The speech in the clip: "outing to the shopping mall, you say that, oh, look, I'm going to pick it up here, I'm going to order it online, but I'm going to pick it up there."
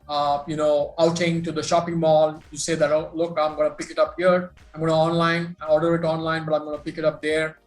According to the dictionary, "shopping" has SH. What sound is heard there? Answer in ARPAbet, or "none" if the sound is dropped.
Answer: SH